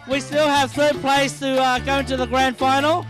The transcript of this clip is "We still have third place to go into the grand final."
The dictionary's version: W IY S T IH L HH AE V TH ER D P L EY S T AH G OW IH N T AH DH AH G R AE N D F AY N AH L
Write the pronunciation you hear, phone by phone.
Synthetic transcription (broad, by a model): W IY S T IH L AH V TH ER P L EY S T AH G OW IH N T AH DH AH G R AE N D F AY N L